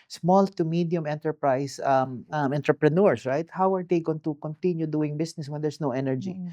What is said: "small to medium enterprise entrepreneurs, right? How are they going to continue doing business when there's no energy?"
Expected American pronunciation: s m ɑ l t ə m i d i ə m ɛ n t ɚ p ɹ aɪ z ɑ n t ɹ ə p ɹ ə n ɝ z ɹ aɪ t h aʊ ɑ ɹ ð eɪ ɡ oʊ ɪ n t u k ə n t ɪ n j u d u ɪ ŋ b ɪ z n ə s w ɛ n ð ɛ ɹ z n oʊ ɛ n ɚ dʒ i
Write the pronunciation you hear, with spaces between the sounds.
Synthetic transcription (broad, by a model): s m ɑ l t ə m i d i ə m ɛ n t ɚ p ɹ aɪ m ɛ n t ɹ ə p ɹ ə n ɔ s ɹ aɪ t h aʊ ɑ ɹ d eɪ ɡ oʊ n t u k ə n t ɪ n j u d u ɪ ŋ b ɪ s n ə s w ɛ n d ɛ ɹ s n oʊ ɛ n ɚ dʒ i